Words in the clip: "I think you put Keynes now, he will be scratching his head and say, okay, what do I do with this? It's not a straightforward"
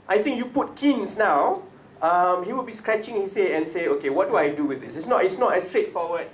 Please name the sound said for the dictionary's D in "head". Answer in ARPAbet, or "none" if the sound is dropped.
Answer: none